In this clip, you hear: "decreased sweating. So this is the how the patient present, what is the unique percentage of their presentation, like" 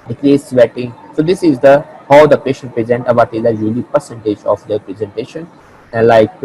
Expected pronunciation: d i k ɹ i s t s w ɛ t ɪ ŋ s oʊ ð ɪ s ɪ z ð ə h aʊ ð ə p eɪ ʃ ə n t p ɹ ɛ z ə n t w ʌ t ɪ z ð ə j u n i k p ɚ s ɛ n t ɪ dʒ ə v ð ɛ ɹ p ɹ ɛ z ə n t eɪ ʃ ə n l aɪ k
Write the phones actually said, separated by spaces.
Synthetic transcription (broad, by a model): d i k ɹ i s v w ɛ t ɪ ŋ s oʊ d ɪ s ɪ z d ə h aʊ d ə p eɪ ʃ ə n t p ɹ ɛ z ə n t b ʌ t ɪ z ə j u l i p ɚ s ɛ n t ɪ dʒ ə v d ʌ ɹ p ɹ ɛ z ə n t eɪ ʃ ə n l aɪ k